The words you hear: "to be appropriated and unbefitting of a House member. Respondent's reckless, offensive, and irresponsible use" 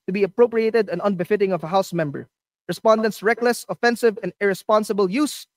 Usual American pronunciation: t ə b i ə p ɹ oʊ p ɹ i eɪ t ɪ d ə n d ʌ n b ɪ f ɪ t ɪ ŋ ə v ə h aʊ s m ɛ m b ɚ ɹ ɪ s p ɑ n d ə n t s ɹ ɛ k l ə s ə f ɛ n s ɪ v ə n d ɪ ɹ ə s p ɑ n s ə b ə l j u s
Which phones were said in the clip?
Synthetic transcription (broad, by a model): t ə b i ə p ɹ oʊ p ɹ i eɪ t ɪ d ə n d ʌ n b ɪ f ɪ t ɪ ŋ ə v ə h aʊ s m ɛ m b ɚ ɹ ɪ s p ɑ n d ə n t s ɹ ɛ k l ə s ə f ɛ n s ɪ v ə n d ɪ ɹ ə s p ɑ n s ə b ə l j u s